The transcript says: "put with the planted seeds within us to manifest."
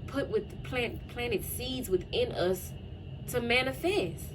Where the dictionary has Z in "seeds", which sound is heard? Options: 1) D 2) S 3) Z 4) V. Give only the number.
3